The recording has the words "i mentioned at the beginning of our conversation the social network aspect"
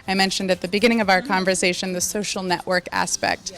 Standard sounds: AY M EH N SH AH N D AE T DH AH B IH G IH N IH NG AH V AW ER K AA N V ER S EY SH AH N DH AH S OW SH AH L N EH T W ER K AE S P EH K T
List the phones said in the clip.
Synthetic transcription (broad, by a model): AY M EH N SH AH N D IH T DH AH B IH G IH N IH NG AH V AW ER K AA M V ER S EY SH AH N DH AH S OW SH L N EH T W ER K AE S P EH K T